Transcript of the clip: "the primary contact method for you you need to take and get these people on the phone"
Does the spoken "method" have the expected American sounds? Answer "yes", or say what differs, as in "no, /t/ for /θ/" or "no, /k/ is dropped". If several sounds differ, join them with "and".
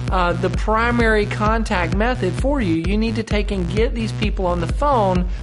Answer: yes